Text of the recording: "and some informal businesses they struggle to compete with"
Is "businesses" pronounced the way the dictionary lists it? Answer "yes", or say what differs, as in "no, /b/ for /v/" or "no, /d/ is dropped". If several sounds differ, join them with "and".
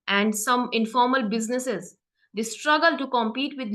yes